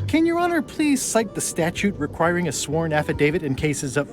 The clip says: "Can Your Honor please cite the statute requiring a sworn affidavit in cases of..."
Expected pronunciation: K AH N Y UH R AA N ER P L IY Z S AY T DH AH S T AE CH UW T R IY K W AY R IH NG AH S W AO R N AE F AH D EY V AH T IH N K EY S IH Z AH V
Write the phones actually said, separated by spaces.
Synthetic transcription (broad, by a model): K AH N Y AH R AA N ER P L IY Z S AY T DH AH S T AE CH UW T R IY K W AY R IH NG AH S W AO R N AE F AH D EY V AH T IH N K EY S IH Z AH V